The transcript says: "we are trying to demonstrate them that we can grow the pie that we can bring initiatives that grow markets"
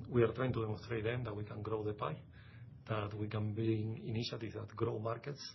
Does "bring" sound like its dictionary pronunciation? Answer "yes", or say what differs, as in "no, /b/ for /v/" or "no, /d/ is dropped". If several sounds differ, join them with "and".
no, /ɹ/ is dropped